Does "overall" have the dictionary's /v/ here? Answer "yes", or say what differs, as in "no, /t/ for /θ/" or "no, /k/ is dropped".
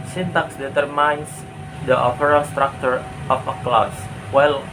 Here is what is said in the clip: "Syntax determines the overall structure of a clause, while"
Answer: no, /p/ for /v/